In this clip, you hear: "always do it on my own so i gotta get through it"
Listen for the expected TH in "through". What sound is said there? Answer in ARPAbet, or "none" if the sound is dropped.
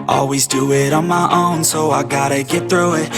TH